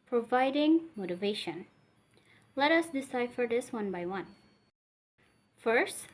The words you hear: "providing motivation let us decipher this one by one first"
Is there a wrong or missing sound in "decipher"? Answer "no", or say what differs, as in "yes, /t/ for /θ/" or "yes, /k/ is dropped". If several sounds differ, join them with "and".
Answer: no